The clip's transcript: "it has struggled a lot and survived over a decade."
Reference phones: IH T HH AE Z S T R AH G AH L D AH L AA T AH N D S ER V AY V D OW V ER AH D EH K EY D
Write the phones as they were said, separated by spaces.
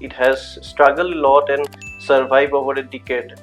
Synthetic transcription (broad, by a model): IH T HH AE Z S T R AH G AH L D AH L AA T AH N D S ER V AY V OW V ER AH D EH K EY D